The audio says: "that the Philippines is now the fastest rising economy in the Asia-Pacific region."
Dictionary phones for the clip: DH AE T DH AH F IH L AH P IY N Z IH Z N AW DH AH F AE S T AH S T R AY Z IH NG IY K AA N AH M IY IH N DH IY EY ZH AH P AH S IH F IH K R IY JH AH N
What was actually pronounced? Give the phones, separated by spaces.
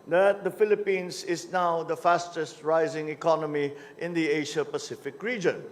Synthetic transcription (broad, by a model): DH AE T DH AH F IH L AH P IY N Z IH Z N AW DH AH F AE S T AH S T R AY Z IH NG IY K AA N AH M IY IH N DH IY EY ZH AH P AH S IH F IH K R IY JH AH N